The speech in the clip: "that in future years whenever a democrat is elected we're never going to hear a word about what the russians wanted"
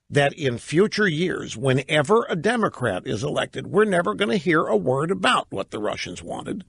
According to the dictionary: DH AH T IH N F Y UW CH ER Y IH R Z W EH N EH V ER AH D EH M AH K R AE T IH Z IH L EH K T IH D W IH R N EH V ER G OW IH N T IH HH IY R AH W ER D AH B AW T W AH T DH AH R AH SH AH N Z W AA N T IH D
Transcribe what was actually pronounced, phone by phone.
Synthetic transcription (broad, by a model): DH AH T IH N F Y UW CH ER Y IH R Z W EH N EH V ER AH D EH M AH K R AE T IH Z IH L EH K T IH D W IH R N EH V ER G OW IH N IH HH IY R AH W ER D AH B AW T W AH T DH AH R AH SH AH N Z W AA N T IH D